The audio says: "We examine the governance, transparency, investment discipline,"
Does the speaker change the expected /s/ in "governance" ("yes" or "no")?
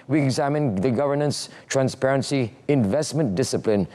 no